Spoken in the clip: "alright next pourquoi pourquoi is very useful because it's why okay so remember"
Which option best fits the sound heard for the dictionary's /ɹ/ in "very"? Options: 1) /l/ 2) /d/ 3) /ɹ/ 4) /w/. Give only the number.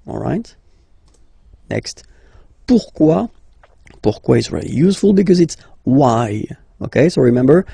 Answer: 1